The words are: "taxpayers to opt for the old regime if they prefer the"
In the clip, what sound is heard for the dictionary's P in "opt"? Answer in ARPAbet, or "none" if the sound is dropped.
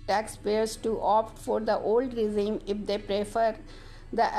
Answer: P